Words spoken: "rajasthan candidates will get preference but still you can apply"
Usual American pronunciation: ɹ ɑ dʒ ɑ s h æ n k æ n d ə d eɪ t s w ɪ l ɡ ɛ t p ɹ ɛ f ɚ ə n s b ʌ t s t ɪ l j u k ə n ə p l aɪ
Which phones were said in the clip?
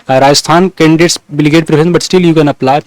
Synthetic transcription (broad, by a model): ɹ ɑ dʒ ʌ s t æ n k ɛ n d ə d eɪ t s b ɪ l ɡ ɛ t p ɹ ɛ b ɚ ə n b ʌ t s t ɪ l j u k ə n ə p l aɪ